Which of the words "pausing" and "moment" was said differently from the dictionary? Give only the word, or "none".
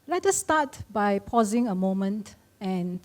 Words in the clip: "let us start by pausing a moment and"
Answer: none